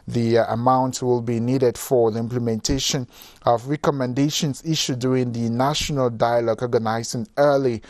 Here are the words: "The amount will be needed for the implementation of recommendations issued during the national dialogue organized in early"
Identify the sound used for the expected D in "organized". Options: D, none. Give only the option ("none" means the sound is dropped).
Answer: none